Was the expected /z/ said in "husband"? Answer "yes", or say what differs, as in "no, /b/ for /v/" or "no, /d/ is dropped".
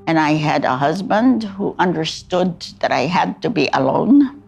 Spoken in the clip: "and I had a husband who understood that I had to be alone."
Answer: yes